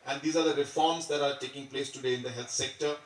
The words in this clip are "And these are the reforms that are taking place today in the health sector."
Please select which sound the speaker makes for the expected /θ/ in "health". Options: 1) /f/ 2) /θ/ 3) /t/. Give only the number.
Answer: 3